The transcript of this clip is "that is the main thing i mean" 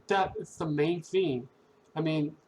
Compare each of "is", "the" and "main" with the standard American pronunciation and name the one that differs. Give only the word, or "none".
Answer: is